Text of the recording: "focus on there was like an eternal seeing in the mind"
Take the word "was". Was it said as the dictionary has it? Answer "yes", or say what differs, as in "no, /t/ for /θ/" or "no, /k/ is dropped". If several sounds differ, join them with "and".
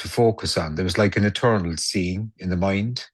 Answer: yes